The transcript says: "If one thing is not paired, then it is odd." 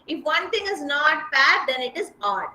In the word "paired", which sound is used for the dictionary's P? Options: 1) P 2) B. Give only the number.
2